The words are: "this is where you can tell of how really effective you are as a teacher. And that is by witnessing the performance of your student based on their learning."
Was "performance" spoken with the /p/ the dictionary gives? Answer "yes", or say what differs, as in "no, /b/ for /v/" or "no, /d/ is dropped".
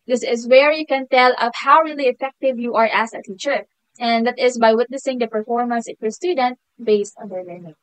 yes